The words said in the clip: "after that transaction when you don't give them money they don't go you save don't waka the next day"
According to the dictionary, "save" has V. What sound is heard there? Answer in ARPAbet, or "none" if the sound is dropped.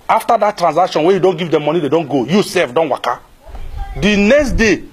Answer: F